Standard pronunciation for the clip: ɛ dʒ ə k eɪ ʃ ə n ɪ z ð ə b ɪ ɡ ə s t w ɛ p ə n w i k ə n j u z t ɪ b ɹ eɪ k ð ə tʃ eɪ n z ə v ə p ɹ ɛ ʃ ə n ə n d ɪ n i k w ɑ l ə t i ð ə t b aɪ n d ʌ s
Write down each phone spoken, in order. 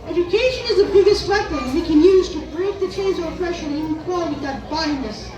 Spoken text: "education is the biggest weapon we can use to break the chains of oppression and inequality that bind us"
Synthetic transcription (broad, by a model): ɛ dʒ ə k eɪ ʃ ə n ɪ z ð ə b ɪ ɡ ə s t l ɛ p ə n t k ə n j u z t ɪ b ɹ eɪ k ð ə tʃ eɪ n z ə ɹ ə f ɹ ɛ ʃ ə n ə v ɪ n k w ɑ l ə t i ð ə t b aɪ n ʌ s